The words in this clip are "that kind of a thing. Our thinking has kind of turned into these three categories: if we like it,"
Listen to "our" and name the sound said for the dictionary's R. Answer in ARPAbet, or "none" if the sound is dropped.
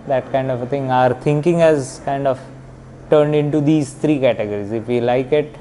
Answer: R